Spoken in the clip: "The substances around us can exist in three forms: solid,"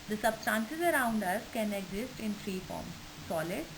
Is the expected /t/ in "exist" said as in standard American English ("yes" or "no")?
yes